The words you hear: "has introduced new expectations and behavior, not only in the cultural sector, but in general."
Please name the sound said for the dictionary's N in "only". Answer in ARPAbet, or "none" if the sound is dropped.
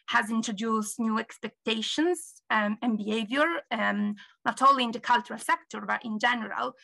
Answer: none